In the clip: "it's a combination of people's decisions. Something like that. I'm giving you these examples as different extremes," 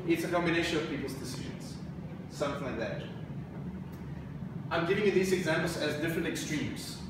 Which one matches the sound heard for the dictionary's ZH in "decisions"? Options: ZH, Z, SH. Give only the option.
ZH